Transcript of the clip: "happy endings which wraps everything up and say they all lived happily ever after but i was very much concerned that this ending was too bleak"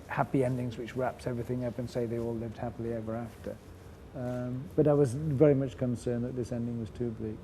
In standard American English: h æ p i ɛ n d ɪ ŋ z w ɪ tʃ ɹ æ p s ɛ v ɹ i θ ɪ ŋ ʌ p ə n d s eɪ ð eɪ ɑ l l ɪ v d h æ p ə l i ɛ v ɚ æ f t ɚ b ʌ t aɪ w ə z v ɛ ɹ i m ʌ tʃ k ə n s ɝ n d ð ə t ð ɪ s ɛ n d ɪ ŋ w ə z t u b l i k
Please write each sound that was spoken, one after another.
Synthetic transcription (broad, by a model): h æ p i ɛ n d ɪ ŋ z w ɪ tʃ ɹ æ p s ɛ v ɹ i θ ɪ ŋ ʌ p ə n s eɪ ð eɪ ɑ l l ɪ v d h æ p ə l i ɛ v ɚ æ f t ɚ b ʌ t aɪ w ə z v ɛ ɹ i m ʌ tʃ k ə n s ɝ n ð ə t ð ɪ s ɛ n d ɪ ŋ w ə z t u b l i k